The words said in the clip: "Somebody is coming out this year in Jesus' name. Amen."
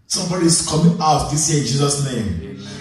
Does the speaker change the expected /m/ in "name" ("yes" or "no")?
yes